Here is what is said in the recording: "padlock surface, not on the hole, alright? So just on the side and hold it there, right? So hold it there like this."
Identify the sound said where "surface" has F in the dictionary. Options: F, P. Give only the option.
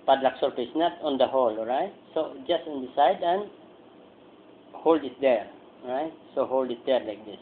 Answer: P